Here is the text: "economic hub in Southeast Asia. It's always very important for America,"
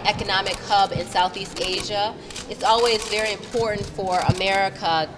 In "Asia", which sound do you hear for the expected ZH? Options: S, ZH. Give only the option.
ZH